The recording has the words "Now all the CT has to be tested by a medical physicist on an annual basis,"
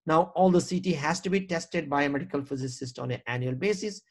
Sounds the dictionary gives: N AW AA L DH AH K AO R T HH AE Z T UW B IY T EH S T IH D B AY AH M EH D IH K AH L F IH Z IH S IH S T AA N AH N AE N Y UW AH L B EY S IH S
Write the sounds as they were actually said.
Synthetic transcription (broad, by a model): N AW AA L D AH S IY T HH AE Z T UW B IY T EH S T IH D B AY AH M EH D IH K AH L F IH Z IH S IH S T AA N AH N AE N Y UW AH L B EY S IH S